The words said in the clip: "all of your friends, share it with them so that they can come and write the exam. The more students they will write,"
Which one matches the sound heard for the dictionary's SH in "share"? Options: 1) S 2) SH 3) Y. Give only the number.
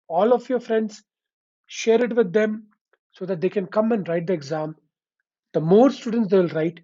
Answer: 2